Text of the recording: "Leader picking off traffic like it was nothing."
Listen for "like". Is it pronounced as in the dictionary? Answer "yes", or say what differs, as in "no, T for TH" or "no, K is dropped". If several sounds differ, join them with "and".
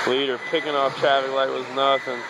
no, K is dropped